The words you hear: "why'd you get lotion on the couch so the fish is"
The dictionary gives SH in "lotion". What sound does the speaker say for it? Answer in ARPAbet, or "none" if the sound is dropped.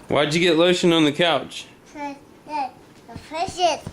SH